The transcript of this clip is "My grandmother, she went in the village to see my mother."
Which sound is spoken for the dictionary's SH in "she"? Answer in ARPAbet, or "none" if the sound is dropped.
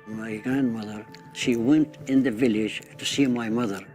SH